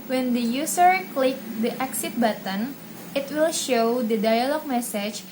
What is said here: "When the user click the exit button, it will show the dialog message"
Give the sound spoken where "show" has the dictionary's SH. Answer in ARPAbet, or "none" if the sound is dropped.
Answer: SH